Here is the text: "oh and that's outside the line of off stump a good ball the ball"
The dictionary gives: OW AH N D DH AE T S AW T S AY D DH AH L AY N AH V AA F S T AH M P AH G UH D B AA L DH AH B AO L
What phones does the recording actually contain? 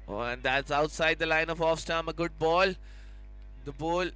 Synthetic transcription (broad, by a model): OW AH N D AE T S AW T S AY D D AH L AY N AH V AA F S T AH M AH G UH D B AA L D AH B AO L